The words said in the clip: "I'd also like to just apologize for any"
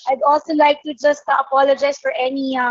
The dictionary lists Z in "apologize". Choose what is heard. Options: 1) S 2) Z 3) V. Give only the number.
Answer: 1